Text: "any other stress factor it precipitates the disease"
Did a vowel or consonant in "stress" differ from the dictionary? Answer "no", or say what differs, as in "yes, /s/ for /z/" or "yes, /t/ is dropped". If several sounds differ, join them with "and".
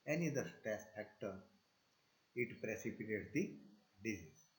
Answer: yes, /ɹ/ is dropped